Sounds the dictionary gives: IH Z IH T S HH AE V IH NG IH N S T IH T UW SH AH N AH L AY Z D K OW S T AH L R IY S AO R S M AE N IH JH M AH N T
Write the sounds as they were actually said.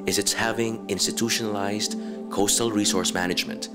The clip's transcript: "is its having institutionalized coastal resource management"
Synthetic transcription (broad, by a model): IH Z IH T S HH AE V IH NG IH N S T IH T UW SH AH N AH L AY Z D K OW S T AH L R IY S AO R S M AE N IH JH M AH N T